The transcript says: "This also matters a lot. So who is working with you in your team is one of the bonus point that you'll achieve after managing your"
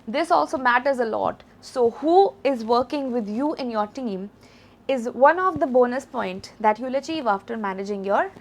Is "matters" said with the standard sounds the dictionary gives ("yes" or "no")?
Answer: yes